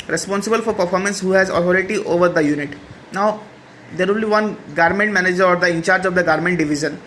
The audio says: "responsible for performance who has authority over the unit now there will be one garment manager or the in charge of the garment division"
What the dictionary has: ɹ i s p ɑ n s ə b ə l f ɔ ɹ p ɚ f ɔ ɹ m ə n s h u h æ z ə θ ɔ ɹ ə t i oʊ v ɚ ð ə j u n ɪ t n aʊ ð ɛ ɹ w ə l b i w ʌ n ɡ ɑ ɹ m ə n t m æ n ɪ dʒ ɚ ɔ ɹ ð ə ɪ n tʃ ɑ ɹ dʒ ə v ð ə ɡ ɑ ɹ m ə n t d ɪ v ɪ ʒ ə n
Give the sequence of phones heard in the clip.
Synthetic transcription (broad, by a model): ɹ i s p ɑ n s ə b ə l f ɔ ɹ p ɚ f ɔ ɹ m ə n s h u h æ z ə t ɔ ɹ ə t i oʊ v ɚ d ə j u n ɪ t n aʊ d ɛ ɹ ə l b i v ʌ n ɡ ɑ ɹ m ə n t m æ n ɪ dʒ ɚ ɔ ɹ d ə ɪ n tʃ ɑ ɹ dʒ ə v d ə ɡ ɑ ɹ m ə n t d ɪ v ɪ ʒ ə n